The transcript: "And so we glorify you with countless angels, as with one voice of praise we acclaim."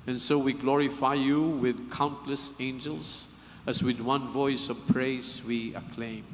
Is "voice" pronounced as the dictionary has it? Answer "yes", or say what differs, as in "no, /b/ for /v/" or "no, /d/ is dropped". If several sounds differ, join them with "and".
yes